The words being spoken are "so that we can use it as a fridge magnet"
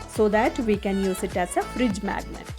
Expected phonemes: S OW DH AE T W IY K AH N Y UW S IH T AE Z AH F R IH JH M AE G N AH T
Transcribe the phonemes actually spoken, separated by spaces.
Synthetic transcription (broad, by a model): S OW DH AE T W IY K AH N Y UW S IH T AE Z AH F R IH JH M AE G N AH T